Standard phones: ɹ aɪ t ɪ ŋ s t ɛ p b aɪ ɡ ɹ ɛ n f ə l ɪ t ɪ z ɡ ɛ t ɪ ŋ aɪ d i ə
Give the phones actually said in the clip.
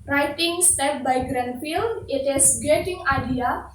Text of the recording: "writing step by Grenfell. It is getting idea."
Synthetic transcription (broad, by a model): ɹ aɪ t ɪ ŋ s t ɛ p b aɪ ɡ ɹ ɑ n f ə l ɪ t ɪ s ɡ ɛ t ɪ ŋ aɪ d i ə